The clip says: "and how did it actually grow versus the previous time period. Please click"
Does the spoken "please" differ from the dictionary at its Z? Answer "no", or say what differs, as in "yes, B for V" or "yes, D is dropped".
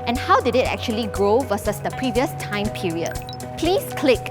yes, S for Z